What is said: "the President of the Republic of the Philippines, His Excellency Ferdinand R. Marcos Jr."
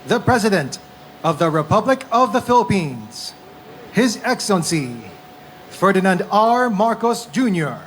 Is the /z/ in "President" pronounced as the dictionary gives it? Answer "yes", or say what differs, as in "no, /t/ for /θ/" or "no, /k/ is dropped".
yes